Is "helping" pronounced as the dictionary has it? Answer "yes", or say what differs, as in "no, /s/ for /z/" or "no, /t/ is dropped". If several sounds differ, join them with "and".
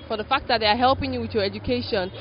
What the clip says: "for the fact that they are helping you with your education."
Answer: yes